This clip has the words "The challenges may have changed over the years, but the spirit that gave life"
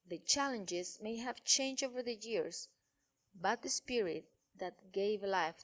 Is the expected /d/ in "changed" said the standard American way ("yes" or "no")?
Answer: no